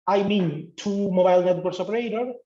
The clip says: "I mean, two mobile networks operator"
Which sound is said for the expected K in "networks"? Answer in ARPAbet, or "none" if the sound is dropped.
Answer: none